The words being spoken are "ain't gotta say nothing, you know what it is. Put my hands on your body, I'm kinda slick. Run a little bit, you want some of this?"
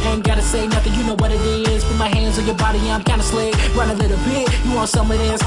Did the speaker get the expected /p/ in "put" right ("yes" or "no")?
no